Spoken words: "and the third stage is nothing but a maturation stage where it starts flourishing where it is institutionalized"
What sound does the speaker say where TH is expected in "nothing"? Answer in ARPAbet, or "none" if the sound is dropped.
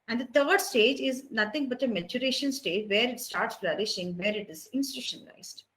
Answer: T